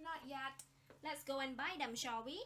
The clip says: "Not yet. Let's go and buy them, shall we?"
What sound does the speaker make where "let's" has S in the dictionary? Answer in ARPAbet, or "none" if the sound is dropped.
S